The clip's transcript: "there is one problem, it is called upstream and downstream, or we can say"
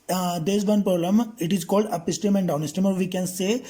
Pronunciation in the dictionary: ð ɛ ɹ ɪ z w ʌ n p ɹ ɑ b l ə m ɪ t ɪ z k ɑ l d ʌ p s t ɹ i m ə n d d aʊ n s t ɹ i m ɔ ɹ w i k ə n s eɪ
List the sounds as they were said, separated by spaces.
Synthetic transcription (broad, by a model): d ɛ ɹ ɪ z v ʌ n p ɹ ɑ b l ə m ɪ t ɪ z k ɑ l d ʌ p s t i m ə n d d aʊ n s t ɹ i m ɔ ɹ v i k ə n s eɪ